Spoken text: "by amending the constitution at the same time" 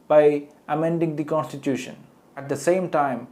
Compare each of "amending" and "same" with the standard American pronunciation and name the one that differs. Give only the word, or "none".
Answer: none